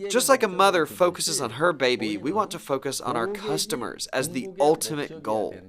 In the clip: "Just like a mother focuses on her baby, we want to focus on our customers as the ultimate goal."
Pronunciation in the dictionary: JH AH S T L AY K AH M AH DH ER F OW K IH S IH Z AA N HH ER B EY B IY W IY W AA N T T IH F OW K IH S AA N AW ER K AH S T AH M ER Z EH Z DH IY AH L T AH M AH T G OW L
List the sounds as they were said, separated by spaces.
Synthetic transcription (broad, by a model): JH AH S T L AY K AH M AH DH ER F OW K IH S IH Z N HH ER B EY B IY W IY W AA N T T IH F OW K IH S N AW ER K AH S T AH M ER Z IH Z DH IY AH L T AH M AH T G OW L